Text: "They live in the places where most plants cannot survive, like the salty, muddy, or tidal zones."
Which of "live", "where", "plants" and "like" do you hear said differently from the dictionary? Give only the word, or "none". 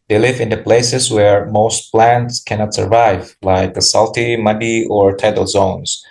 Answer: none